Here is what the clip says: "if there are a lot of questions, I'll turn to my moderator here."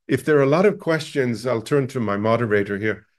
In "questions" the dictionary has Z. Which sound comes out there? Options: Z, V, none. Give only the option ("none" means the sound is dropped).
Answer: Z